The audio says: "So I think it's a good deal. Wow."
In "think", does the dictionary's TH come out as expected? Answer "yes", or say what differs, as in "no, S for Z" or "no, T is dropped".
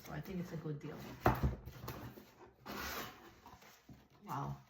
yes